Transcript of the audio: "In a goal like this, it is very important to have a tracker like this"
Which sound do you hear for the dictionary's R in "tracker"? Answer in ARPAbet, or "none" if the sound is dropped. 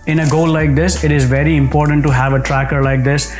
R